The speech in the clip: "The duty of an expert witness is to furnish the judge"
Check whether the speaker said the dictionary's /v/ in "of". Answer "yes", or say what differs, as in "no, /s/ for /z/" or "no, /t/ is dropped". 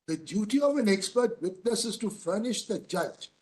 yes